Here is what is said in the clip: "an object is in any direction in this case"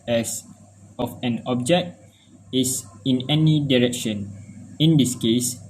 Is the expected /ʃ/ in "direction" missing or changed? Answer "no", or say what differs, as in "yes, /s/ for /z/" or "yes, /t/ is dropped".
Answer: no